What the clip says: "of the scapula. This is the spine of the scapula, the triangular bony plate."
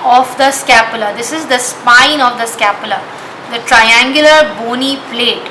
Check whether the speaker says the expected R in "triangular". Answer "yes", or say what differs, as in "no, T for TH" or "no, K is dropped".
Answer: yes